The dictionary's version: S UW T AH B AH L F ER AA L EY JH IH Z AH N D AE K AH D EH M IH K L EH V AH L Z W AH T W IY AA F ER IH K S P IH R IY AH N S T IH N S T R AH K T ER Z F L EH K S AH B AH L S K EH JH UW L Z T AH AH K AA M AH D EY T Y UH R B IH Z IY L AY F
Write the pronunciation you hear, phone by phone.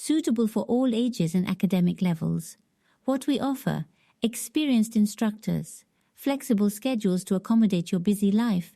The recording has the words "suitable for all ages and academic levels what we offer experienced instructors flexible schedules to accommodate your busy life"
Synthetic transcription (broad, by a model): S UW T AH B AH L F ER AA L EY JH IH Z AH N AE K AH D EH M IH K L EH V AH L Z W AH T W IY AA F ER IH K S P IH R IY AH N S T IH N S T R AH K T ER Z F L EH K S AH B AH L S K EH JH UW L Z T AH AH K AA M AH D EY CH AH R B IH Z IY L AY F